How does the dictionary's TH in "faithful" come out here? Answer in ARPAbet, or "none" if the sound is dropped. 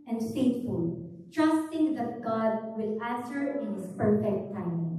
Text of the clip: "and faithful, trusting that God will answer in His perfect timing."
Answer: T